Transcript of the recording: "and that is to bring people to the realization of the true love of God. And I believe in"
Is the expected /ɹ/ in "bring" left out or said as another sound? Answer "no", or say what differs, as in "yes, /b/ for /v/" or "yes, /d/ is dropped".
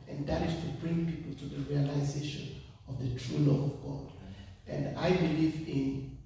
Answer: no